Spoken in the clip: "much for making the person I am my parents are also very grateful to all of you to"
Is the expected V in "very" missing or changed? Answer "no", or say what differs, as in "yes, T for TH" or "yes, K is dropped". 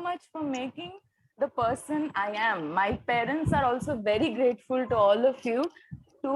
no